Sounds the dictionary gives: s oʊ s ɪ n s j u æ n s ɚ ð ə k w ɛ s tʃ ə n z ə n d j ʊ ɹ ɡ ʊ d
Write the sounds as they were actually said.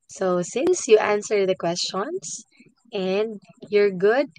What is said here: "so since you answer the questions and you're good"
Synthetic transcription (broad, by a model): s oʊ s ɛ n s j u æ n s ɚ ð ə k w ɛ s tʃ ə n s ə n d j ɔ ɹ ɡ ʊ d